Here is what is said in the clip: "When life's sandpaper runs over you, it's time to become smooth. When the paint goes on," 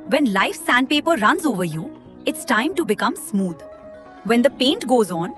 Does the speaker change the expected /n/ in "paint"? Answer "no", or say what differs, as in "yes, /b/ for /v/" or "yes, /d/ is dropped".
no